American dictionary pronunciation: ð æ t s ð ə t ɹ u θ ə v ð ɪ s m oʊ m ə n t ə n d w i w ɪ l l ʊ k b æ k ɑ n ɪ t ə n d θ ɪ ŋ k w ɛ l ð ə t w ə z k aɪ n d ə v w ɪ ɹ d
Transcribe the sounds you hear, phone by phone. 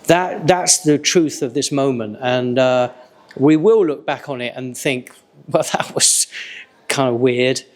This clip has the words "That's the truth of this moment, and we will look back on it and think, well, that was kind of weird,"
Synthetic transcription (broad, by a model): ð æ t s ð ə t ɹ u θ ə v ð ɪ s m oʊ m ə n t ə n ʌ w i w ɪ l l ʊ k b æ k n ɪ t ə n θ ɪ ŋ k w ɛ l ð ə t w ə z k aɪ n d ə v w ɪ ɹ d